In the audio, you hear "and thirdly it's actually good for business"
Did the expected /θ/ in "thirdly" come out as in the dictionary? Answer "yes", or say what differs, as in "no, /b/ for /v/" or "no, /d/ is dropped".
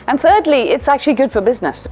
yes